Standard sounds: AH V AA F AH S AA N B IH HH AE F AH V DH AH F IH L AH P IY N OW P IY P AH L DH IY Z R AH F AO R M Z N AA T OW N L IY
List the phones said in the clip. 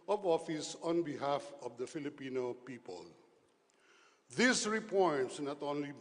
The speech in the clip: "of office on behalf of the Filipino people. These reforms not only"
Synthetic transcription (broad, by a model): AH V AA F AH S AA N B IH HH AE F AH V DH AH F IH L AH P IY N OW P IY P AH L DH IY S R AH P AO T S N AA T OW N L IY